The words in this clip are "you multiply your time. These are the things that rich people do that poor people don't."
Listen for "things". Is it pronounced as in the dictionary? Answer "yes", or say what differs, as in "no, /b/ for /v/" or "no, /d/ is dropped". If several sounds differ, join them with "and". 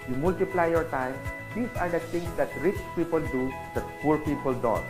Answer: no, /t/ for /θ/